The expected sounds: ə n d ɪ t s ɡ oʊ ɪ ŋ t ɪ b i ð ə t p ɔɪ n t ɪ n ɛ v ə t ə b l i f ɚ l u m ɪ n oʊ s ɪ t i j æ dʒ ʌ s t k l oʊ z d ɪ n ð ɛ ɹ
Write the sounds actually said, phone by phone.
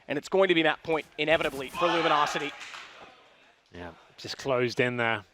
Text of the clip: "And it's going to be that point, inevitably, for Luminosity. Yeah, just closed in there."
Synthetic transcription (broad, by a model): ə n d ɪ t s ɡ oʊ ɪ ŋ t ɪ b i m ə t p ɔɪ n t ɪ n ɛ v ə t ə b l i f ɚ l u m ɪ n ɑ s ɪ t i j æ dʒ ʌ s k l oʊ z d ɪ n ð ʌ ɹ